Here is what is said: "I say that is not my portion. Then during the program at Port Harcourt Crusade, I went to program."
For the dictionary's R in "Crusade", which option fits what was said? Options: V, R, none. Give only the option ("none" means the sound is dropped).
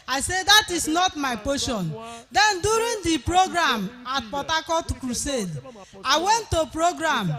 R